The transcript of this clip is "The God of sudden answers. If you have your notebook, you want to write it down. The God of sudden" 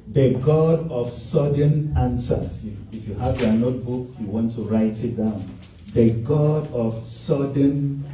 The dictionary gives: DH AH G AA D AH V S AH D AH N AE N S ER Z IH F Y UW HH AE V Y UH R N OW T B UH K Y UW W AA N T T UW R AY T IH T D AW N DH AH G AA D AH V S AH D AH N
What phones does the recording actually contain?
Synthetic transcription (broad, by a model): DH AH G AA D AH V S AH D AH N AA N S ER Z IH F Y UW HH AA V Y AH N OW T B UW K Y UW W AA N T T UW R AY T IH T D AW N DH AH G AA D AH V S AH D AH N